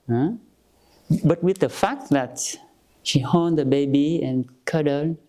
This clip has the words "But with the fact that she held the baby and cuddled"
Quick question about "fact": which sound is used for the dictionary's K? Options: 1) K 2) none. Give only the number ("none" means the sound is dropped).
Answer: 1